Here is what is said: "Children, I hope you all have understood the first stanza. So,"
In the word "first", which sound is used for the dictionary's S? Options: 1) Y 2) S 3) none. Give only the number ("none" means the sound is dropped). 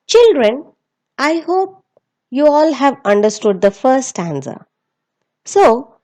3